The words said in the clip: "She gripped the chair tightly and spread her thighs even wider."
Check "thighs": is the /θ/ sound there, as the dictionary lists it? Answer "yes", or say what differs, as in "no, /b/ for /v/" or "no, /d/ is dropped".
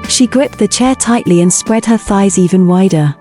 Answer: yes